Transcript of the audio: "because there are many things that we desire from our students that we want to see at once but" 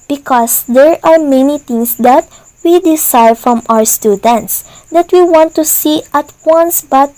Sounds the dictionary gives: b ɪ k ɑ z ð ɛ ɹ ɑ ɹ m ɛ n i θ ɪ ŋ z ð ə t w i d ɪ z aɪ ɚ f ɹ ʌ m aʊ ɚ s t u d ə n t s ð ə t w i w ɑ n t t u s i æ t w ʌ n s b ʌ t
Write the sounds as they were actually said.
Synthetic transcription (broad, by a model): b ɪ k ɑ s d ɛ ɹ ɑ ɹ m ɛ n i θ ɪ ŋ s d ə t w i d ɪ s aɪ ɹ f ɹ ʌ m aʊ ɚ s t u d ə n t s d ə t w i w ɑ n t t u s i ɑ t w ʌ n s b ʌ t